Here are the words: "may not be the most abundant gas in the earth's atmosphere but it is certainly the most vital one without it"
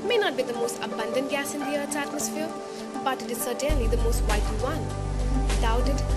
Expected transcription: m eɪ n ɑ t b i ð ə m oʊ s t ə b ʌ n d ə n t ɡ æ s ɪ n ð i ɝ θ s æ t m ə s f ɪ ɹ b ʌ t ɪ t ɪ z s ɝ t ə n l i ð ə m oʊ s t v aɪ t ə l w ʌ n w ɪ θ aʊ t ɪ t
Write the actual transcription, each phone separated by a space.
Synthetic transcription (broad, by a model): m eɪ n ɑ t b i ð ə m oʊ s t ə b ʌ n d ə n t ɡ æ s ɪ n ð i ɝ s æ t m ə s f ɪ ɹ b ʌ t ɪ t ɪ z s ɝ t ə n l i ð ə m oʊ s t w aɪ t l w ʌ n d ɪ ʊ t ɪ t